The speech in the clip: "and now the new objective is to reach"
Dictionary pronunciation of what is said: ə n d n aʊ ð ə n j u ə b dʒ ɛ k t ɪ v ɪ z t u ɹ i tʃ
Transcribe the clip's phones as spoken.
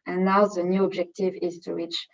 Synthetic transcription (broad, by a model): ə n n aʊ ð ə n j u ə b dʒ ɛ k t ɪ v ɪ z t u ɹ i tʃ